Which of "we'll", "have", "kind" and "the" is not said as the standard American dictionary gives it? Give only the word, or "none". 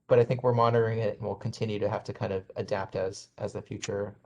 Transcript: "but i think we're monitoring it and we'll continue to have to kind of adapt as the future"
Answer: have